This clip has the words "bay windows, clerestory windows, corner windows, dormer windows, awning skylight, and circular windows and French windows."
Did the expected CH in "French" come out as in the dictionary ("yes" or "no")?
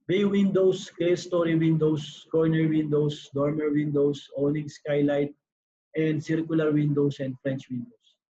yes